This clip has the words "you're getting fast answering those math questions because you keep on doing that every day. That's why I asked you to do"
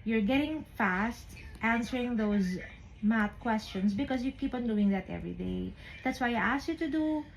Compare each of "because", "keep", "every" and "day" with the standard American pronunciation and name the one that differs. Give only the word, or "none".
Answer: because